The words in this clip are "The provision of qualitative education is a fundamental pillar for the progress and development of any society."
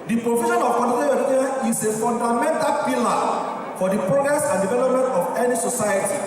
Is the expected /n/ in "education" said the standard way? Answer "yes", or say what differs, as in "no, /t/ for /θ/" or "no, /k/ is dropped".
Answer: no, /n/ is dropped